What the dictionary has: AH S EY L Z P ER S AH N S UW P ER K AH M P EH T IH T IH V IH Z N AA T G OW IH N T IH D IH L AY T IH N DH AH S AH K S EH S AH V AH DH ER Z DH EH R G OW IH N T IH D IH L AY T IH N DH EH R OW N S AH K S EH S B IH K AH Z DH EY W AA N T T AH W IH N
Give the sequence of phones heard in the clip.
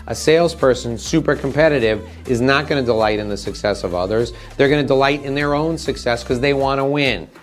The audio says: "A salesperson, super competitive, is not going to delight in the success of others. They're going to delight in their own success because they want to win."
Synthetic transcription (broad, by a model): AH S EY L Z P ER S AH N S UW P ER K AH M P EH T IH T IH V IH Z N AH T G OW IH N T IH D IH L AY T IH N DH AH S AH K S EH S AH V AH DH ER Z DH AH R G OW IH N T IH D IH L AY T IH N DH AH R OW N S AH K S EH S K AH Z DH EY W AA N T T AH W IH N